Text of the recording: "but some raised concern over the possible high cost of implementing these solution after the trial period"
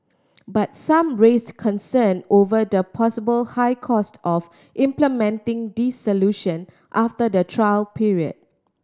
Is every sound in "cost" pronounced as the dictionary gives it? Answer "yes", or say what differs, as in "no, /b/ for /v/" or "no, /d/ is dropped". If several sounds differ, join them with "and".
yes